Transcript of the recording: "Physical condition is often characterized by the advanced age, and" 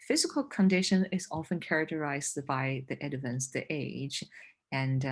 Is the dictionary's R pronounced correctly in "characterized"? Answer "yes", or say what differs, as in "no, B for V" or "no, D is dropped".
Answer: yes